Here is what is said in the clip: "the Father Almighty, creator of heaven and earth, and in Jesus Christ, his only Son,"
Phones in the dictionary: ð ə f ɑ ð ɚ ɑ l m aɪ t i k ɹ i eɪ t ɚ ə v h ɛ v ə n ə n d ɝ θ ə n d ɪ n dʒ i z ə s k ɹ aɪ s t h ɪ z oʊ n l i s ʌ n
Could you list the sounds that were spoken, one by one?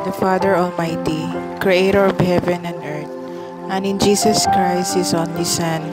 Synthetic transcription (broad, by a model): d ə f ɑ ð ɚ ɑ l m aɪ t i k ɹ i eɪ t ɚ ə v h ɛ v ə n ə n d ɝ t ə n ɪ n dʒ i s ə s k ɹ aɪ s t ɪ s oʊ n l i s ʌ n